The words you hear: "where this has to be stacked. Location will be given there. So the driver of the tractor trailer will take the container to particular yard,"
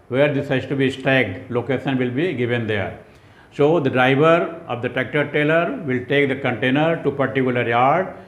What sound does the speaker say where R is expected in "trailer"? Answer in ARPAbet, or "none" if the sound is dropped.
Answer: none